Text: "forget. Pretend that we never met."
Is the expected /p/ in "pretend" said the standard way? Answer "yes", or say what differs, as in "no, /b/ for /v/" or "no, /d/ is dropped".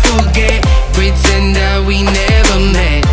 no, /b/ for /p/